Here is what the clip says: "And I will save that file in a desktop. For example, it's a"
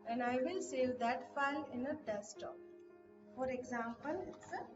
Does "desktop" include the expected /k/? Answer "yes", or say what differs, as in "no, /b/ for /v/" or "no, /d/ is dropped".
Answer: no, /k/ is dropped